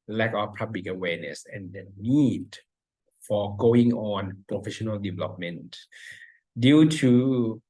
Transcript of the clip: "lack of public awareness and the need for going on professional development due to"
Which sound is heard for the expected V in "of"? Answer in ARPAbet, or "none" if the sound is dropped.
W